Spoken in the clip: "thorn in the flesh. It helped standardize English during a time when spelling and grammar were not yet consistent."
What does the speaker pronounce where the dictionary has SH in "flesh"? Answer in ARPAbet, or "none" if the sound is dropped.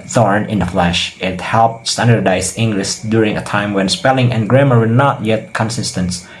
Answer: SH